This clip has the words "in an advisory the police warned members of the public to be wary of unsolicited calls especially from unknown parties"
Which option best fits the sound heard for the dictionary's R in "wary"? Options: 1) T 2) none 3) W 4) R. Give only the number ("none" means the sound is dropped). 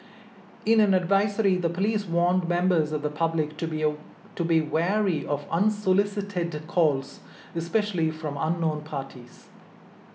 4